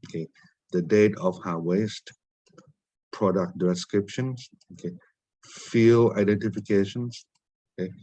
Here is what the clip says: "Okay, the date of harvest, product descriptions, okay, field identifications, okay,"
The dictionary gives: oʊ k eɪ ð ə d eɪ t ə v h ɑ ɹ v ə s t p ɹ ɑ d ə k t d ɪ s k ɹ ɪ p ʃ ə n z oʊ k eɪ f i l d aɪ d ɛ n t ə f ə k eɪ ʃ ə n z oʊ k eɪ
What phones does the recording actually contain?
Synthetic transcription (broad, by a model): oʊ k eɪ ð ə d eɪ t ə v h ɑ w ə s t p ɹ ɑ d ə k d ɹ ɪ s k ɹ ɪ p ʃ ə n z oʊ k eɪ f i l aɪ d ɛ n t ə f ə k eɪ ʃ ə n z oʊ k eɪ